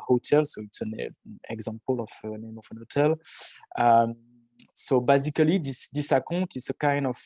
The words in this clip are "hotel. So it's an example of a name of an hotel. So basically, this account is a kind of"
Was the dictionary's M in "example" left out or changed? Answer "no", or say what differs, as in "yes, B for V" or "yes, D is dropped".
yes, M is dropped